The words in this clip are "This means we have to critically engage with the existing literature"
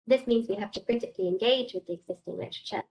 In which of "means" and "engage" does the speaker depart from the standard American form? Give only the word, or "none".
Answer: none